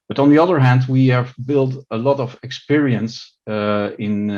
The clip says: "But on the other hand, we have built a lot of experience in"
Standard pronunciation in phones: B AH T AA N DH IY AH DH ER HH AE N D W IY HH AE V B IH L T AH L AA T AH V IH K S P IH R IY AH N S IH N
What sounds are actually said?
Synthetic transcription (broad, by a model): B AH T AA N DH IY AH DH ER HH AE N D W IY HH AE V B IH L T AH L AA T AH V IH K S P IH R IY AH N S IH N